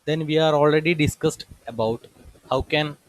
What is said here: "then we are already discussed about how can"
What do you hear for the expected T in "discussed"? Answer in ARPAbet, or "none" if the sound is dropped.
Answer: T